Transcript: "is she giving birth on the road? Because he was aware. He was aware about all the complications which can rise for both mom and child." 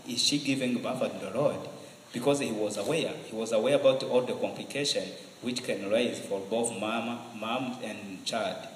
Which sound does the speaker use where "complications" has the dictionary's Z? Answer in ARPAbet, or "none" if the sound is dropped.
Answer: none